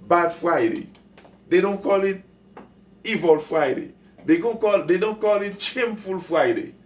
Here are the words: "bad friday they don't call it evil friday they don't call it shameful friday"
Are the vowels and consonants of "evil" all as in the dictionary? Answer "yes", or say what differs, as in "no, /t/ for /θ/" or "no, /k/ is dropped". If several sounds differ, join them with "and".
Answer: yes